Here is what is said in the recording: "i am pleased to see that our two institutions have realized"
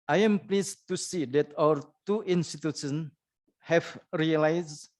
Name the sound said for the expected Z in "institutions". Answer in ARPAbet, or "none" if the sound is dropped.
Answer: none